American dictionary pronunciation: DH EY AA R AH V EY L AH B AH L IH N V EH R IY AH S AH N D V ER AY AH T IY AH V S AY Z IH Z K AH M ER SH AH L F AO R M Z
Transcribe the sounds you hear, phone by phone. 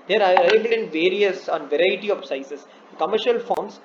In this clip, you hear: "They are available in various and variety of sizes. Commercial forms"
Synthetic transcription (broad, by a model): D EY R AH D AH AH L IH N V EH R IY AH S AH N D V ER AY AH T IY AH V S AY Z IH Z K AH M ER SH AH L F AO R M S